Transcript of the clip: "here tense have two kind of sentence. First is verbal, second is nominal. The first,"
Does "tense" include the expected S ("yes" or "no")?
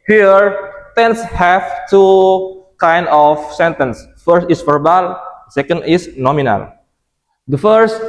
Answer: yes